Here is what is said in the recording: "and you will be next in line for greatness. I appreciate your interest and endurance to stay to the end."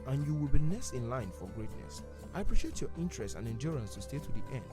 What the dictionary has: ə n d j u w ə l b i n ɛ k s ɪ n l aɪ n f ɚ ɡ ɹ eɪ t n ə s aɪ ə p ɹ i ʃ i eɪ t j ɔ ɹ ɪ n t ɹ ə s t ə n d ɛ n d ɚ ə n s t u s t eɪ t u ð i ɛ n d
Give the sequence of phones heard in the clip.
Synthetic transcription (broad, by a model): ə n j u w ə l b i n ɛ s ɪ n l aɪ n f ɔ ɡ ɹ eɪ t n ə s aɪ ə p ɹ i ʃ i eɪ t j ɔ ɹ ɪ n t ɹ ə s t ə n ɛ n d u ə n s t u s t eɪ t u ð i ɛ n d